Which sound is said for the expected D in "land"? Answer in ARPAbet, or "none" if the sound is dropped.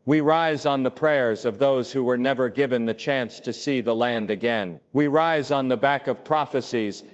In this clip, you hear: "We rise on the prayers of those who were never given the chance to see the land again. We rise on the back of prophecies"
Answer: D